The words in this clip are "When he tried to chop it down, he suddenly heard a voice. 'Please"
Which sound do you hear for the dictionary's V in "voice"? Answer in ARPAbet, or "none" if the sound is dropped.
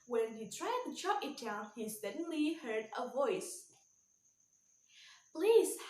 V